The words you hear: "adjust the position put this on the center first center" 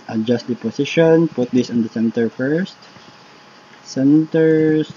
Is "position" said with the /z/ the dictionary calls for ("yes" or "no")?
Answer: no